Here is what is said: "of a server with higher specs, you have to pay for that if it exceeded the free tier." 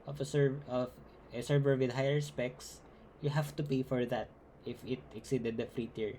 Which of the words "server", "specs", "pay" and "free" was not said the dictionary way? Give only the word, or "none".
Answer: none